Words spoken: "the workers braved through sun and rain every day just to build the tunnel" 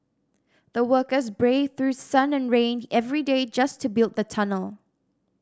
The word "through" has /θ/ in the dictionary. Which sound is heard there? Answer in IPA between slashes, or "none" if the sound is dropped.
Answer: /θ/